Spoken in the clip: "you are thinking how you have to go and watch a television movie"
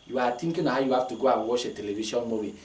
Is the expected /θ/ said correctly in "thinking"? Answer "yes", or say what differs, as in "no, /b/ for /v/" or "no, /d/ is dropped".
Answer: no, /t/ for /θ/